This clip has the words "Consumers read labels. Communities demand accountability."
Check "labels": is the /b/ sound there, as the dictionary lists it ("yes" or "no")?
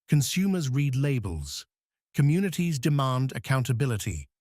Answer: yes